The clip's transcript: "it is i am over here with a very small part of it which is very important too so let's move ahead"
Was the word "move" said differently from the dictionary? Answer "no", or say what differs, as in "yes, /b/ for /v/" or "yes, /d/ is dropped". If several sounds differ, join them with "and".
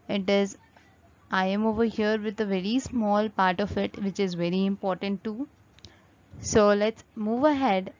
no